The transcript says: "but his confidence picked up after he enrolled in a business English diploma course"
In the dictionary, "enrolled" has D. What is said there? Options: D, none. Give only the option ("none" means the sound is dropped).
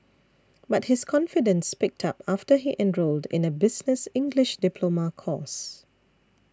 D